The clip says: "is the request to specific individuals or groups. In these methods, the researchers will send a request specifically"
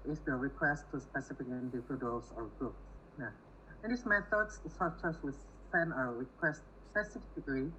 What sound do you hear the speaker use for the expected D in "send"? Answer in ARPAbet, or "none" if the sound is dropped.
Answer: none